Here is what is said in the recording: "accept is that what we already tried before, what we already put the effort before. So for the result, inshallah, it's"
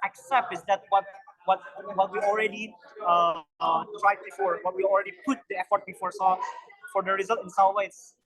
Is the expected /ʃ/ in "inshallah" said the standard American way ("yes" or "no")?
no